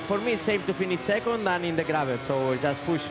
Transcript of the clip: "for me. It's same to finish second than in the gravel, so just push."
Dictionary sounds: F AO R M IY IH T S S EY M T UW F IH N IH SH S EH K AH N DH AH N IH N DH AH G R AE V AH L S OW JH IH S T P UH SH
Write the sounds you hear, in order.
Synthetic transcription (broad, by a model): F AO R M IY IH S S EY M T UW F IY N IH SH S EH K AH N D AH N IH N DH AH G R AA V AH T S OW ZH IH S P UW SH